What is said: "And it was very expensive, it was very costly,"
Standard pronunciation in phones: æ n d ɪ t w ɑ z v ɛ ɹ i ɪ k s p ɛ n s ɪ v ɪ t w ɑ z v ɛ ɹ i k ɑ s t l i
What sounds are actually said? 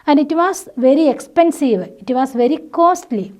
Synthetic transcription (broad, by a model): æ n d ɪ t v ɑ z v ɛ ɹ i ɪ k s p ɛ n s ɪ v ɪ t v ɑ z v ɛ ɹ i k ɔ s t l i